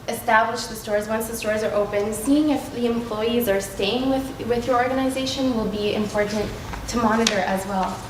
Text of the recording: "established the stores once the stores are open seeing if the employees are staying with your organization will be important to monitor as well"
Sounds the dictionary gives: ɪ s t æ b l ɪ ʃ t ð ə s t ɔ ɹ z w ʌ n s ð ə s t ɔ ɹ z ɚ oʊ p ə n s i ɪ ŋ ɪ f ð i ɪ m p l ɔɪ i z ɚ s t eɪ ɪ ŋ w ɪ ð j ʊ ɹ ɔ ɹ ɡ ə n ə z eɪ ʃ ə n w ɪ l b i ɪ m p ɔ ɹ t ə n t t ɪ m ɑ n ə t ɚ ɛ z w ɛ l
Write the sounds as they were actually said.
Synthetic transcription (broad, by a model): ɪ s t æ b l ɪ ʃ ð ə s t ɔ ɹ z w ʌ n s ð ə s t ɔ ɹ z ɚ oʊ p ə n s i ɪ ŋ ɪ f ð i ɪ m p l ɔɪ i z ɚ s t eɪ ɪ ŋ w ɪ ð j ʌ ɹ ɔ ɹ ɡ ə n ə z eɪ ʃ ə n w ɪ l b i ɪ m p ɔ ɹ t n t t ɪ m ɑ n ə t ɚ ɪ z w ɛ l